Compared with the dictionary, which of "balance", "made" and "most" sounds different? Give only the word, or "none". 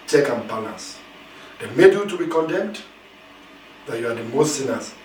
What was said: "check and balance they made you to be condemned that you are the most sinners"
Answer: balance